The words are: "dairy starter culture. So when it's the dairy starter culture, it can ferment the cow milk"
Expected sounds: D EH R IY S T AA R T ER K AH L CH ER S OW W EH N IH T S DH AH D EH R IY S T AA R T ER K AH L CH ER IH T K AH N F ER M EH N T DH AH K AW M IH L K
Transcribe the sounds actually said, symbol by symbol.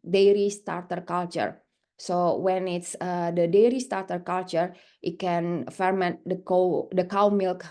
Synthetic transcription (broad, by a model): D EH R IY S T AA R T ER K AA L CH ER S OW W EH N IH T S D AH D EH R IY S T AA R T ER K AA L CH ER IH T K AH N F ER M EH N T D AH K AW M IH L K